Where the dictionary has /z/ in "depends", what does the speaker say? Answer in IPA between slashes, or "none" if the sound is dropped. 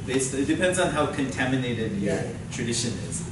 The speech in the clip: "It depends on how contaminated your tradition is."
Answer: /z/